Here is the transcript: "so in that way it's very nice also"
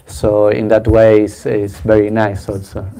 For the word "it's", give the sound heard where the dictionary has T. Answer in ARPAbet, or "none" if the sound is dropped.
S